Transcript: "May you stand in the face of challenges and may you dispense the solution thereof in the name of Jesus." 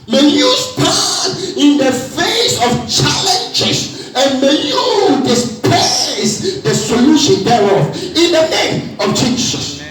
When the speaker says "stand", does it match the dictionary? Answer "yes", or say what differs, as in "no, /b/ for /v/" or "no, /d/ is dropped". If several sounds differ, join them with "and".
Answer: no, /d/ is dropped